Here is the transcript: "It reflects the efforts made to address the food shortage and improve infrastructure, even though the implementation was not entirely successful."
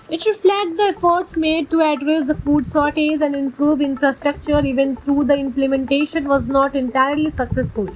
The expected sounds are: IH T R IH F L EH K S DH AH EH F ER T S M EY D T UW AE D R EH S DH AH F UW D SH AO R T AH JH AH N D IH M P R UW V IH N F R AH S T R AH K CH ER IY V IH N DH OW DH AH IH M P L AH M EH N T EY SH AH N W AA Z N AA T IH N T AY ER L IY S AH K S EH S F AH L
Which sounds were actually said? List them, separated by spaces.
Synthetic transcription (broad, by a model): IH T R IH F L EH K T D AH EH F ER T S M EY D T UW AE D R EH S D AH F UW D S AO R T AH Z AH N D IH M P R UW V IH N F R AH S T R AH K CH ER IY V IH N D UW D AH IH M P L AH M EH N T EY SH AH N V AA Z N AA T IH N T AY ER L IY S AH K S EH S F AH L